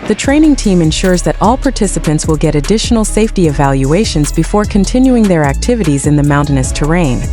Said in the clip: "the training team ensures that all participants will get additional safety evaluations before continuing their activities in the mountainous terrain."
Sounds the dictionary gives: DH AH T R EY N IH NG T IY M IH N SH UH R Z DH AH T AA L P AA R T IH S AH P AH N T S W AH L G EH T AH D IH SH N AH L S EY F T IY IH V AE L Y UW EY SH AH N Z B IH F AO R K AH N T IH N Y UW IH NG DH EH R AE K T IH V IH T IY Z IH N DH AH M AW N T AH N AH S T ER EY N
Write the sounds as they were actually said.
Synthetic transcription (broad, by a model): DH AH T R EY N IH NG T IY M IH N SH UH R Z DH AH T AA L P AA R T IH S AH P AH N T S W AH L G EH T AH D IH SH N L S EY F T IY IH V AE L Y UW EY SH AH N Z B IH F AO R K AH N T IH N Y UW IH NG DH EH R AE K T IH V IH T IY Z IH N DH AH M AW N T AH N AH S T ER EY N